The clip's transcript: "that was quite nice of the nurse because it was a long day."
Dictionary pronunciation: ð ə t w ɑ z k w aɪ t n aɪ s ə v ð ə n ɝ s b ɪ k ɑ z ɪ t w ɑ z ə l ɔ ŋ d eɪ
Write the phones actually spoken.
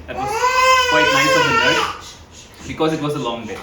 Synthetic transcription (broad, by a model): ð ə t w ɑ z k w aɪ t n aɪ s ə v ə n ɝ b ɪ k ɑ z ɪ t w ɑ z ə l ɔ ŋ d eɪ